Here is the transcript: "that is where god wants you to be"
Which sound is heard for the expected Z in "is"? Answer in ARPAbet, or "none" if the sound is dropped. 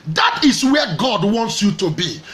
S